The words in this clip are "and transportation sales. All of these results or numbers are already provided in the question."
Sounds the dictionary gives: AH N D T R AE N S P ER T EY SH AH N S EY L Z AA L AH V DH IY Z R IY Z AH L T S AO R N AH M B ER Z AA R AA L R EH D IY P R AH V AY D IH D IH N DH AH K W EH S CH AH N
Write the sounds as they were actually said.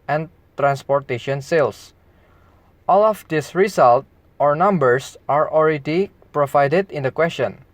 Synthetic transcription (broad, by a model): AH N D T R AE N S P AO T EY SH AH N S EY L S AA L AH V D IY S R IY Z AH L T AO R N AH M B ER S AA R AA L R EH D IY P R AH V AY D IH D IH N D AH K W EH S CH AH N